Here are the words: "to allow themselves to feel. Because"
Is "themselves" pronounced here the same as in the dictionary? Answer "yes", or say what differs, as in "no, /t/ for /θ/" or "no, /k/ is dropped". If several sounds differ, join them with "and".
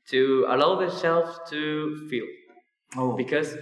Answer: no, /m/ is dropped